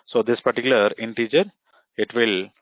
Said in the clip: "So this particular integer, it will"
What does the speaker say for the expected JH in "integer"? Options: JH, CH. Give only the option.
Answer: CH